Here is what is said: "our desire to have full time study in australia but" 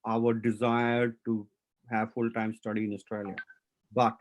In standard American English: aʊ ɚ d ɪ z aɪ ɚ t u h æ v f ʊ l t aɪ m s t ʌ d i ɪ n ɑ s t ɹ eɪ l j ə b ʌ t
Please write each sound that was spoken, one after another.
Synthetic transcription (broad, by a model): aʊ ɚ d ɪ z aɪ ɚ t u h æ v f ʊ l t aɪ m s t ʌ d i ɪ n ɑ s t ɹ eɪ l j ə b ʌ t